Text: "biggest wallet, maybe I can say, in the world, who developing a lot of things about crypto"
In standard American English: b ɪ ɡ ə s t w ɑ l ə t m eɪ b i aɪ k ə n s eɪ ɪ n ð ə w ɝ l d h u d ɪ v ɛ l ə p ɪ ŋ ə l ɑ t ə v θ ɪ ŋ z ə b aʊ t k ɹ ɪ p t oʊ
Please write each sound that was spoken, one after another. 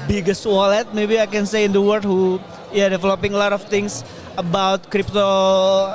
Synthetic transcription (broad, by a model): b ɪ ɡ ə s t w ɑ l ə t m eɪ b i aɪ k ə n s eɪ ɪ n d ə w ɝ d h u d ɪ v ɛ l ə p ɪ ŋ ə l ɑ t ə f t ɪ ŋ s ə b aʊ t k ɹ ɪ p t oʊ